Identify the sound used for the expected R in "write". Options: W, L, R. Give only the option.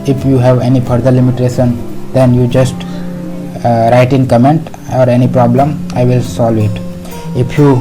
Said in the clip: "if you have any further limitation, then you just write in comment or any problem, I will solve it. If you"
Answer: R